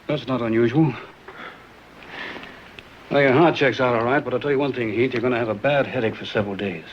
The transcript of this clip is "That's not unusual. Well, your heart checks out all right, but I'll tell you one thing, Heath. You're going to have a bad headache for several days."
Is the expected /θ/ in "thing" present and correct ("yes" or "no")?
yes